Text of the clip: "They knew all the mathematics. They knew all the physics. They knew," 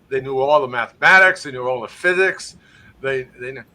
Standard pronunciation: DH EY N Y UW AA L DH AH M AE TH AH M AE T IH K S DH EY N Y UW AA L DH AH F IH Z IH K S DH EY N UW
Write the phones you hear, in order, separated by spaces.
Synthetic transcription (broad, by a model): DH EY N Y UW AA L DH AH M AE TH AH M AE T IH K S DH EY N Y UW AA L DH AH F IH Z IH K S DH EY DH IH